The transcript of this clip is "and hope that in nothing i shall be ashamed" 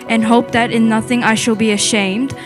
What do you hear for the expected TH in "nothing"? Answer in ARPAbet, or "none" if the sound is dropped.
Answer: TH